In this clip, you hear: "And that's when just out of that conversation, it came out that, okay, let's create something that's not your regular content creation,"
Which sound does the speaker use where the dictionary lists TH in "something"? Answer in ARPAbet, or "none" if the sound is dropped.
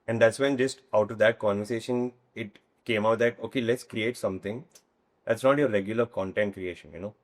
T